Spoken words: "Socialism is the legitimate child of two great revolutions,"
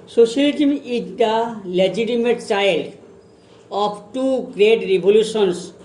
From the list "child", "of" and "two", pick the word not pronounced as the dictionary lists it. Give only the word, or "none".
of